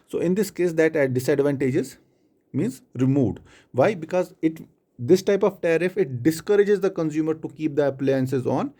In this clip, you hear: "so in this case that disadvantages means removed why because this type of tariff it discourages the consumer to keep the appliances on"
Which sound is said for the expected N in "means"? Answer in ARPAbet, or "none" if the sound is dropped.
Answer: N